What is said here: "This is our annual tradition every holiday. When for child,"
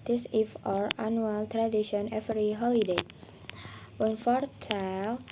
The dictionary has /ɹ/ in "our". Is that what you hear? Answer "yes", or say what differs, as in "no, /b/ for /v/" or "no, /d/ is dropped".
yes